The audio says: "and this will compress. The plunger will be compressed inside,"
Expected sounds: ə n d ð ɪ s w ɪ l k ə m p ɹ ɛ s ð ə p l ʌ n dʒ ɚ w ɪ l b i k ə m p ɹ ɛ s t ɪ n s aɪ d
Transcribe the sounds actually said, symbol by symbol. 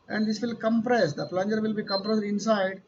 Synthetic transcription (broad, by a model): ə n d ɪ s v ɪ l k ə m p ɹ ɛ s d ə p l ʌ n dʒ ɚ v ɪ l b i k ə m p ɹ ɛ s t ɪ n s aɪ d